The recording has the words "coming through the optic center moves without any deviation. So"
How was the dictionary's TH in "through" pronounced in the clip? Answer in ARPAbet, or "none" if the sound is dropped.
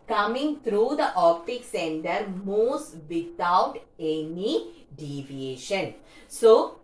T